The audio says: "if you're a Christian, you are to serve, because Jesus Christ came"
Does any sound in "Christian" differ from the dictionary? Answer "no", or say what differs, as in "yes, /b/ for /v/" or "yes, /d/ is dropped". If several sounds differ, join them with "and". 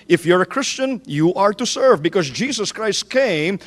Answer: no